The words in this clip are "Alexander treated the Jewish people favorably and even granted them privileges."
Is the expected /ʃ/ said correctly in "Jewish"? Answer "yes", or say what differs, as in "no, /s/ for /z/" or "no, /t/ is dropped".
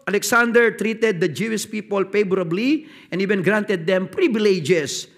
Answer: no, /s/ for /ʃ/